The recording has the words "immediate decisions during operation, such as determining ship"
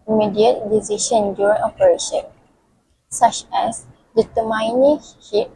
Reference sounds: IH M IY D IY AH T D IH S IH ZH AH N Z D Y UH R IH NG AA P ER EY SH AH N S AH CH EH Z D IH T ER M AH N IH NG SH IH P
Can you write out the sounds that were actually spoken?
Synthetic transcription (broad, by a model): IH M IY D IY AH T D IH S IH SH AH N D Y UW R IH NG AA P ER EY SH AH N S AH CH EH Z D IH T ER M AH N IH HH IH